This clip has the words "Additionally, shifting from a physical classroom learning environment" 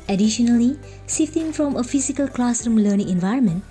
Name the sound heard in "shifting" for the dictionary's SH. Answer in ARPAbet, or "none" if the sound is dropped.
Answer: S